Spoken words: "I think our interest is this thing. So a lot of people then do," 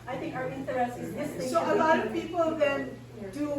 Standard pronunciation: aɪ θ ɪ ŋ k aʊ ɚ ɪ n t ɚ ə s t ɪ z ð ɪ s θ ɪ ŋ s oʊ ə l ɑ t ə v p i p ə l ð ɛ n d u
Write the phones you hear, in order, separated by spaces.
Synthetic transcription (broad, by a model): aɪ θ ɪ ŋ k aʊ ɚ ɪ n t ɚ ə s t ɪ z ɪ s s oʊ ə l ɑ t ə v p i p ə l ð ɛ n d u